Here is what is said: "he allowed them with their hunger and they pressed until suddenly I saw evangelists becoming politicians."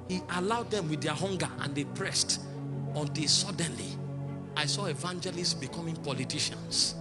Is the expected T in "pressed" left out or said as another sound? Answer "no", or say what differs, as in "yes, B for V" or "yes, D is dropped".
no